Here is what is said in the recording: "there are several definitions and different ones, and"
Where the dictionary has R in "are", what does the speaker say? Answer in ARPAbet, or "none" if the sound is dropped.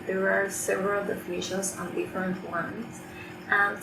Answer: R